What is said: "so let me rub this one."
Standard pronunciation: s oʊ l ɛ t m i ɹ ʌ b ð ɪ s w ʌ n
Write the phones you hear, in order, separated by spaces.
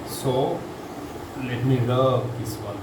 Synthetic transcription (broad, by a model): s oʊ l ɛ t m i l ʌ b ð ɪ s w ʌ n